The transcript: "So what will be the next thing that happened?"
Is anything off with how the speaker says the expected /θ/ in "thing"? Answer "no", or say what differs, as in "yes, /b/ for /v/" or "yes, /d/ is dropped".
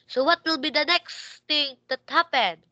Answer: yes, /t/ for /θ/